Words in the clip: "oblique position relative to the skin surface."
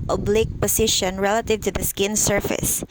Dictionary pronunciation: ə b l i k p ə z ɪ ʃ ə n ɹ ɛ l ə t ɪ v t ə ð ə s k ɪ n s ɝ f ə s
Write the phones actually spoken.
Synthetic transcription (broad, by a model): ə b l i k p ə s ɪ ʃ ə n ɹ ɛ l ə t ɪ v t ə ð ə s k ɪ n s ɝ f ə s